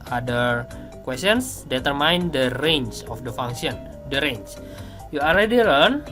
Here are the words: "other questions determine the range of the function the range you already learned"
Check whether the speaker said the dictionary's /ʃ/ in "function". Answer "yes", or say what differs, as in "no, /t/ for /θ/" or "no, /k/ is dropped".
no, /s/ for /ʃ/